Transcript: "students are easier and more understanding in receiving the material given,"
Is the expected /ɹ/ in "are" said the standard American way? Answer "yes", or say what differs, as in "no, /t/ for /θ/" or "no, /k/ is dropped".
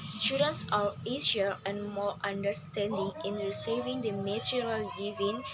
no, /w/ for /ɹ/